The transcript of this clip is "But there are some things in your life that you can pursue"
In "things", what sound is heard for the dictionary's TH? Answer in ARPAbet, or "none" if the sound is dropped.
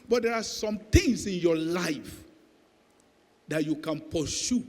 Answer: T